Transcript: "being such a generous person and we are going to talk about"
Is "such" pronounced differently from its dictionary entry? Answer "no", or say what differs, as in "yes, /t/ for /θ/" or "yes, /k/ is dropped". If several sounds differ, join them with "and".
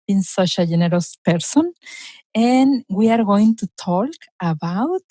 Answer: yes, /ʃ/ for /tʃ/